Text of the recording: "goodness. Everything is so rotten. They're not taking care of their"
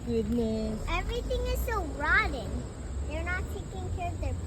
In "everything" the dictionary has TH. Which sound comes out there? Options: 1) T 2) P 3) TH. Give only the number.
1